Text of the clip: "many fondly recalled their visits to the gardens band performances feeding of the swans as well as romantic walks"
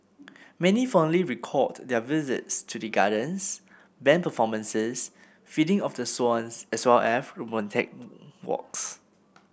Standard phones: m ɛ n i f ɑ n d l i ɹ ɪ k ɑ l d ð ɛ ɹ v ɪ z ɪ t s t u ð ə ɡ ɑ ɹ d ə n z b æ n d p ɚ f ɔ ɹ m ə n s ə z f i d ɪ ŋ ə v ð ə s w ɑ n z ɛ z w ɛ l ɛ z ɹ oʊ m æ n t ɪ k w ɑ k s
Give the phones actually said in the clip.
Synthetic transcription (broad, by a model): m ɛ n i f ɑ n l i ɹ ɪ k ɑ d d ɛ v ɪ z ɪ t s t u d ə ɡ ɑ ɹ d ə n s b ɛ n p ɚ f ɔ m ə n s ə s f i d ɪ ŋ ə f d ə s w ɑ n s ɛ s w ɛ l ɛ s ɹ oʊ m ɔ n t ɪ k w ɑ k s